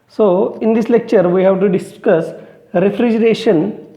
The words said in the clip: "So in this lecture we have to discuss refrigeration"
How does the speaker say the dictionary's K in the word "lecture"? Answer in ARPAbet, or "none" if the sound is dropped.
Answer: K